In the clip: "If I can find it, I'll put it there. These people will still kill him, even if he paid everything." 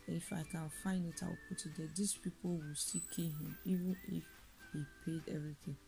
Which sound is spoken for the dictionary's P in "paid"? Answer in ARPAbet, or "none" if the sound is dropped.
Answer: P